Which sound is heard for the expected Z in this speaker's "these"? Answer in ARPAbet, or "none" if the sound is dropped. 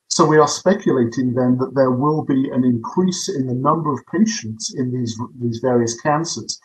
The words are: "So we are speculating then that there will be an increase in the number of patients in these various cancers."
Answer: Z